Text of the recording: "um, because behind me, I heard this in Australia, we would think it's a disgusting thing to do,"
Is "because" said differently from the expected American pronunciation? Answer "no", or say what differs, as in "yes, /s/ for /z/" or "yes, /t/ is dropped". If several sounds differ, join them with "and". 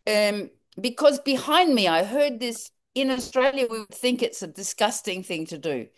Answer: no